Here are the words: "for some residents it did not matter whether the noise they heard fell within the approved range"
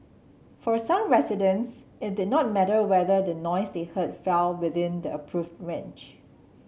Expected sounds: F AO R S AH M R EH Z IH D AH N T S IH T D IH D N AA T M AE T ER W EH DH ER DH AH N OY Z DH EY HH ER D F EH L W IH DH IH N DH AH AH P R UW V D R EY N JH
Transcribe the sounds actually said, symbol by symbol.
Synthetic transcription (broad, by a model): F AO R S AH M R EH S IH D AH N S IH T D IH D N AA T M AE T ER W EH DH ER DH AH N OY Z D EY HH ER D F EH L W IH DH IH N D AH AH P R UW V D R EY N CH